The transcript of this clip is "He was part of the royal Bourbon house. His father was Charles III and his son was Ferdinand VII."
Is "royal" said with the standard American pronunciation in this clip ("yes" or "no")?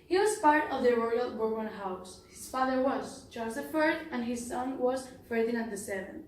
yes